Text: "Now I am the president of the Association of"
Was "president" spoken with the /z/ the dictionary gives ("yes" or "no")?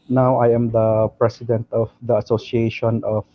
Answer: no